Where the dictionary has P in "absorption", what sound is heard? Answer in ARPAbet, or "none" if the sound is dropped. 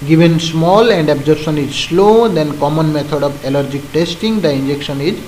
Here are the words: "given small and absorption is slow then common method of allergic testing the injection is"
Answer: none